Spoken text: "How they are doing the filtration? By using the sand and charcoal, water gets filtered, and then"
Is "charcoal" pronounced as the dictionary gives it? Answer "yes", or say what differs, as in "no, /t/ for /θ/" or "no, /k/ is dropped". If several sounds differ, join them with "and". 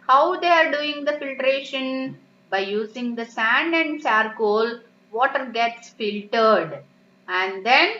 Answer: no, /s/ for /tʃ/